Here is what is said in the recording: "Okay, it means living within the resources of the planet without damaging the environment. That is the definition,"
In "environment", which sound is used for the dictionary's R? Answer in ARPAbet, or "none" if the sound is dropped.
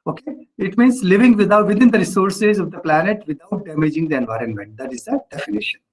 R